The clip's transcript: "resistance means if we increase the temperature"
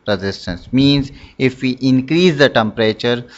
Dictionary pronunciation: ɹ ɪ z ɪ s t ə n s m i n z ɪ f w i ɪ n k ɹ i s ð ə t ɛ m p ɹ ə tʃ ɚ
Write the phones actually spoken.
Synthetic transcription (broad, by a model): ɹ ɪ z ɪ s t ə n s m i n z ɪ f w i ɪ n k ɹ i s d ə t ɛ m p ɹ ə tʃ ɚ